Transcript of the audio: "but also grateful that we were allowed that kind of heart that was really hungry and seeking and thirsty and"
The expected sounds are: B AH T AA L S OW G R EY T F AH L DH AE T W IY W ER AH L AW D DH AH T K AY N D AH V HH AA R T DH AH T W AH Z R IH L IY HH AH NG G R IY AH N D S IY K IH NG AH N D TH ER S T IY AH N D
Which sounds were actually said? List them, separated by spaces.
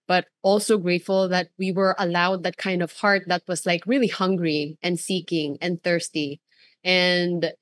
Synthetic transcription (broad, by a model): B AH T AA L S OW G R EY T F AH L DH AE T W IY W ER AH L AW D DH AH T K AY N D AH V HH AA R T DH AH T W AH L R IH L IY HH AH NG G R IY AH N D S IY K IH NG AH N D TH ER S T IY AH N D